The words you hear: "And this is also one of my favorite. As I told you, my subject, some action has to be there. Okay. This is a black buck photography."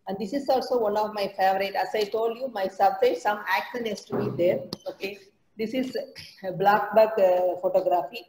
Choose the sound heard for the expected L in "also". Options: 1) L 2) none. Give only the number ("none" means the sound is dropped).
1